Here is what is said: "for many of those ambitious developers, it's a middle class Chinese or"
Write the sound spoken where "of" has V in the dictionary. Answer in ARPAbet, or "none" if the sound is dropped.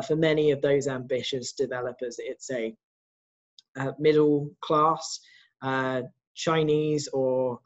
V